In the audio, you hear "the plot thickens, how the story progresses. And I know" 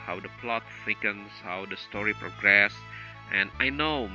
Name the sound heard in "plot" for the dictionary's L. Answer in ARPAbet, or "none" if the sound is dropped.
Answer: L